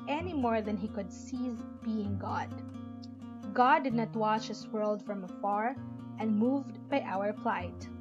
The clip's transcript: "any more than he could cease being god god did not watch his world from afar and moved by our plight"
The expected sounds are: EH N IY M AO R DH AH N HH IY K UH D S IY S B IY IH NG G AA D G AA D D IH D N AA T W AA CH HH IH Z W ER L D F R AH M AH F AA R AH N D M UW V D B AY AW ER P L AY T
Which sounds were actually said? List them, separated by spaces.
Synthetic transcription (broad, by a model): EH N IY M AO R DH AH N HH IY K UH D S IY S B IY IH NG G AA D G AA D D IH D N AA T W AA CH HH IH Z W ER L D F R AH M AH F AA R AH N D M UW V D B AY AW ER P L AY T